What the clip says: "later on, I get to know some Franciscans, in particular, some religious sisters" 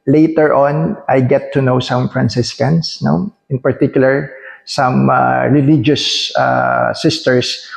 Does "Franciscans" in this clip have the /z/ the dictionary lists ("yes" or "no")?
no